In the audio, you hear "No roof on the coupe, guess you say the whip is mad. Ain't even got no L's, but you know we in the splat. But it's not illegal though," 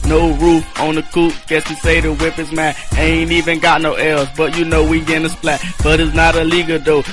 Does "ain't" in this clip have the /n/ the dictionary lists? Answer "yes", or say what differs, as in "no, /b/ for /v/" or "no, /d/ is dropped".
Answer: yes